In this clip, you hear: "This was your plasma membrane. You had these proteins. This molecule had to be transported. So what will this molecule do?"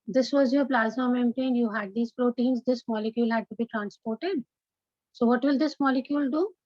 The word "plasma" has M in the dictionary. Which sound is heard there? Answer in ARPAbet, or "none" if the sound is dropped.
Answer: none